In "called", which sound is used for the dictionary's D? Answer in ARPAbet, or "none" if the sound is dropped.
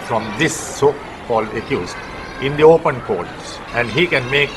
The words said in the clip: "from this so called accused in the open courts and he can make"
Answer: none